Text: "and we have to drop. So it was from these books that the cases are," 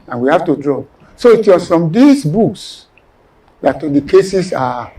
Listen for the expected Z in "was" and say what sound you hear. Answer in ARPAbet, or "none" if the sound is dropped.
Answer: S